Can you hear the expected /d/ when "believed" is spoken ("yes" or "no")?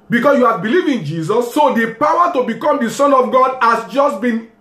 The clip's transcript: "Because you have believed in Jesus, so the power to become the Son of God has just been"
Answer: no